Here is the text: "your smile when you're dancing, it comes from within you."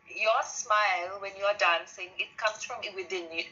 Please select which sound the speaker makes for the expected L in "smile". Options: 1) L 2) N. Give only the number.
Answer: 1